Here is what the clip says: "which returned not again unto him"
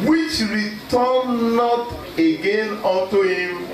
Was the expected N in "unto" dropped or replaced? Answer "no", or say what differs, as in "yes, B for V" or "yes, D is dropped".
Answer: yes, N is dropped